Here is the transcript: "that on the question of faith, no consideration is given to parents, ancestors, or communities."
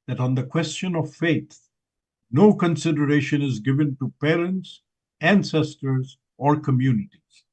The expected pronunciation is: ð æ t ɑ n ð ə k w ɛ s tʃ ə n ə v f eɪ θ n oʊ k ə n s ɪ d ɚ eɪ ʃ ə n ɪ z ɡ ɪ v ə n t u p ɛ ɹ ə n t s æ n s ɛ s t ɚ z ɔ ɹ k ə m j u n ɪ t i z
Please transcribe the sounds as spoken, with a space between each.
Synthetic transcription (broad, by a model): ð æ t ɑ n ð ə k w ɛ s tʃ ə n ə v f eɪ t n oʊ k ə n s ɪ d ɚ eɪ ʃ ə n ɪ z ɡ ɪ v ə n t u p ɛ ɹ ə n t s æ n s ɛ s t ɚ z ɔ ɹ k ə m j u n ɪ t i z